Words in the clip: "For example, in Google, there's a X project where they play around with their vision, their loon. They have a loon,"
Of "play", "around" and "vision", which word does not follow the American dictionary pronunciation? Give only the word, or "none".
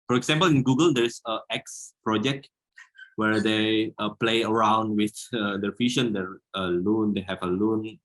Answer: vision